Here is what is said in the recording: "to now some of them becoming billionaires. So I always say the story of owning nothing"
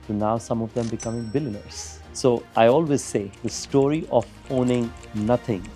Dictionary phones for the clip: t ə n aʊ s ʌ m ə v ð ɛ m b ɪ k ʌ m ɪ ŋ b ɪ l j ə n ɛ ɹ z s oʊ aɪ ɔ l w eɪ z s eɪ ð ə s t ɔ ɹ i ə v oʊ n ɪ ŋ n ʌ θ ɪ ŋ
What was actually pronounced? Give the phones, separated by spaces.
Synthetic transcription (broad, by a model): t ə n aʊ s ʌ m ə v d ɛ m b ɪ k ʌ m ɪ ŋ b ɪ l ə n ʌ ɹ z s oʊ aɪ ɔ l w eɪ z s eɪ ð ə s t ɔ ɹ i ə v oʊ n ɪ ŋ n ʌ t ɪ ŋ